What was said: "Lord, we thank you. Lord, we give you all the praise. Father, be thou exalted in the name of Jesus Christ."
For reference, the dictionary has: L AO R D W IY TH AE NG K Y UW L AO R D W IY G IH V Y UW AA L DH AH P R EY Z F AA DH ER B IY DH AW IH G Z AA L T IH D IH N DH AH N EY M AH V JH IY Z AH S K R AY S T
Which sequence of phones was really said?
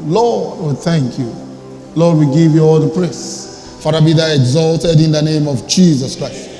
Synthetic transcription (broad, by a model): L AO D W IY TH AE NG K Y UW L AO D W IY G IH V Y UW AA L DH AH P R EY S F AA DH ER B IY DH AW IH G Z AA L T IH D IH N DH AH N EY M AH V JH IY Z AH S K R AY S T